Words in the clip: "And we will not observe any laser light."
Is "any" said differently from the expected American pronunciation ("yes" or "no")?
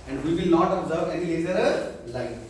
no